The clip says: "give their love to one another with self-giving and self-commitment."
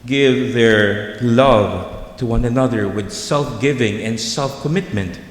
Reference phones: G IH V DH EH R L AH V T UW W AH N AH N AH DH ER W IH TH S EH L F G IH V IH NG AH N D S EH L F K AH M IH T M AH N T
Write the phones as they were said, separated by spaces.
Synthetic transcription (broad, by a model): G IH V DH EH R L AH V T UW W AH N AH N AH DH ER W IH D S EH L F G IH V IH NG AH N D S EH L F K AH M IH T M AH N T